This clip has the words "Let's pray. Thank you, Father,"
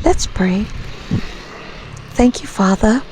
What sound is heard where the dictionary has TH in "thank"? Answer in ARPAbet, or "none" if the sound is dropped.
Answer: TH